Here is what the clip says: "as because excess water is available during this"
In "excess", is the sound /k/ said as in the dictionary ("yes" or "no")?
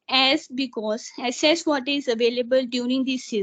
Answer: no